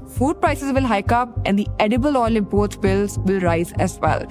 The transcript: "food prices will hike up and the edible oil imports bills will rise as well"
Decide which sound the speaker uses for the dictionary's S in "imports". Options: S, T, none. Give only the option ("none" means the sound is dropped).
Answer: none